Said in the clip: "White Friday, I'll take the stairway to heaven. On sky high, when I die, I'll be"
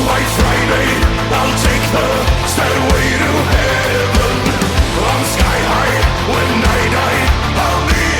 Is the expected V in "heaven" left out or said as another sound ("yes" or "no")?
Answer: yes